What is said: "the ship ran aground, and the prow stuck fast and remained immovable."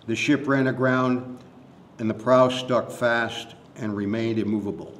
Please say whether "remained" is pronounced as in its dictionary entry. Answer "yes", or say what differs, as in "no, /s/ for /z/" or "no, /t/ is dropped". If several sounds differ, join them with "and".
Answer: yes